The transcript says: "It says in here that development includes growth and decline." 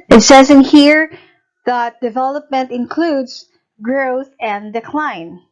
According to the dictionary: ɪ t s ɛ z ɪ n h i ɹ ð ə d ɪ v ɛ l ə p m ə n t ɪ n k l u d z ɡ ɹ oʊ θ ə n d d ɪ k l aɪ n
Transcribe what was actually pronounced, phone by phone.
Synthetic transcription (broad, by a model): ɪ t s ɛ z ɪ n h i ɹ ð ə d ɪ v ɛ l ə p m ə n t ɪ n k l u d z ɡ ɹ oʊ θ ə n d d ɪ k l aɪ n